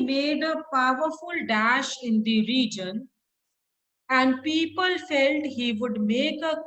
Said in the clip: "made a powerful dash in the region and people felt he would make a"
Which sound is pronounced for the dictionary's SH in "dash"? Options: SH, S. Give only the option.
SH